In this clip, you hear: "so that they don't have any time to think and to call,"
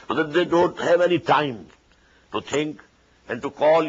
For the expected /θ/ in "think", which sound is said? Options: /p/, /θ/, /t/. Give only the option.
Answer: /t/